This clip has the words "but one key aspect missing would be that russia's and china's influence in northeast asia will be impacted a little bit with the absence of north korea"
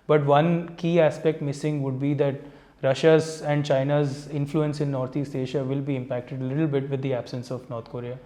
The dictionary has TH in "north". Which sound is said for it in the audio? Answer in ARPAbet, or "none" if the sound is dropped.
T